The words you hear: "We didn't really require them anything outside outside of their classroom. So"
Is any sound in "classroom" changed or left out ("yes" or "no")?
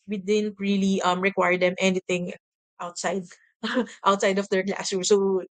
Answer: yes